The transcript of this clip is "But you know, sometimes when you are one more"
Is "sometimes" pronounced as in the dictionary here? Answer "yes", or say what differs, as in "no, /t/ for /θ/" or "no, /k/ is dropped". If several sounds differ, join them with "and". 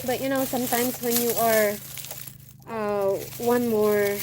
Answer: no, /s/ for /z/